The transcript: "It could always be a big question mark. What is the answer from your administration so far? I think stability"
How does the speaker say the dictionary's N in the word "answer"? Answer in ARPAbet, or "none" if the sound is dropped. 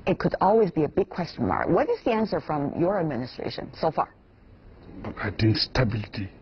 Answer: N